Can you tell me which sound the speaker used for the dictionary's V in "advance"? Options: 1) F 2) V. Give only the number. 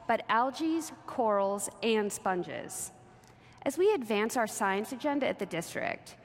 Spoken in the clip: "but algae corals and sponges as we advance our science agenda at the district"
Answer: 2